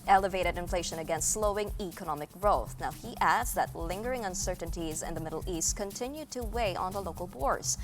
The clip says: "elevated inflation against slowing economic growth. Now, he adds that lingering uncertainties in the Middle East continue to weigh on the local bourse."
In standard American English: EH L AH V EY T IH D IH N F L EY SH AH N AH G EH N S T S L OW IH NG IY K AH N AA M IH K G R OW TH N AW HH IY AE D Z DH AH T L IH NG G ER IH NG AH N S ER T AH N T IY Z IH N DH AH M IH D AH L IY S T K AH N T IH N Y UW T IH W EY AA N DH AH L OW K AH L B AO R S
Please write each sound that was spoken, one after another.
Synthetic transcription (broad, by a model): EH L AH V EY T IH D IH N F L EY SH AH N AH G EH N S T S L OW IH NG IY K AH N AA M IH K G R OW TH N AW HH IY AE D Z DH AH T L IH NG G ER IH NG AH N S ER T N T IY Z IH N DH AH M IH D L IY S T K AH N T IH N Y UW T IH W EY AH N DH AH L OW K L B AO R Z